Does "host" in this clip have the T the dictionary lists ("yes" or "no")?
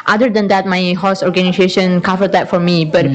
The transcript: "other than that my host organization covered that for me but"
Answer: no